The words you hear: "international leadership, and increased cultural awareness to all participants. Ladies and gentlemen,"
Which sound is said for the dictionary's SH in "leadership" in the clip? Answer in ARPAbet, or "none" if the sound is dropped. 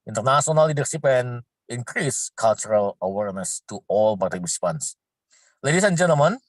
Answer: S